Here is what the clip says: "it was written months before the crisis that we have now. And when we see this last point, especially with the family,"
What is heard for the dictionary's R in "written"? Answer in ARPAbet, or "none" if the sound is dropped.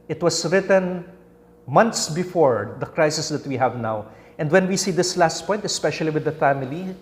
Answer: R